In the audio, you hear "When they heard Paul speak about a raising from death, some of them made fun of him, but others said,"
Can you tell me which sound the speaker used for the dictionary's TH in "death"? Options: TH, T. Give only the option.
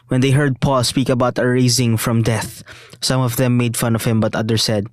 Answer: TH